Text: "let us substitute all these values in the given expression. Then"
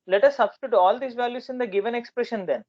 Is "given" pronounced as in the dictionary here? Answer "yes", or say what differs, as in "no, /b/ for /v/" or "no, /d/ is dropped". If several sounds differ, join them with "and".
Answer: yes